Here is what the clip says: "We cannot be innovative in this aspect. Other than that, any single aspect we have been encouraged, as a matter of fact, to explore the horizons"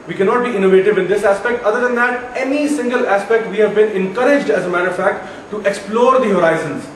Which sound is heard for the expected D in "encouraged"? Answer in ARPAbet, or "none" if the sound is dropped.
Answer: D